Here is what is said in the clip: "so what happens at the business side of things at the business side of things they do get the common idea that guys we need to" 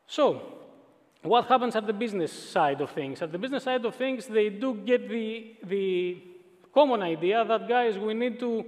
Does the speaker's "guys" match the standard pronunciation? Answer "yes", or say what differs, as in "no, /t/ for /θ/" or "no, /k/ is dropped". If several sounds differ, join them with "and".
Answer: yes